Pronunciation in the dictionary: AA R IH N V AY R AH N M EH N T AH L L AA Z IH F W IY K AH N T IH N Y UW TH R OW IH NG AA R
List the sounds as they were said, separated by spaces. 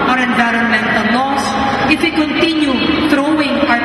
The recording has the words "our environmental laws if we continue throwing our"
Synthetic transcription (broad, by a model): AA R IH N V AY R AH N M EH N T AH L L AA S IH F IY K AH N T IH N Y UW T R OW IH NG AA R